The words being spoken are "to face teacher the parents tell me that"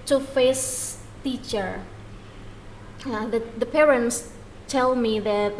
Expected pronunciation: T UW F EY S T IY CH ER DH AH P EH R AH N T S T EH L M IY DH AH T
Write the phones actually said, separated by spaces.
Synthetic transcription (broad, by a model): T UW F EY S T IY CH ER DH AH P EH R AH N T S T EH L M IY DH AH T